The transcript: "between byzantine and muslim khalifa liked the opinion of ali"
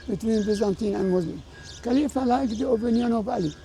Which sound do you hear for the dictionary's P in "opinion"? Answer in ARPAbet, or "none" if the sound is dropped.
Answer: B